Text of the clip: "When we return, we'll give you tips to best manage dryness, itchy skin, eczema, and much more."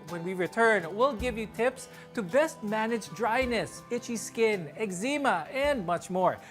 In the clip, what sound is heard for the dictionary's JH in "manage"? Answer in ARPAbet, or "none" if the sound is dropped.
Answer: JH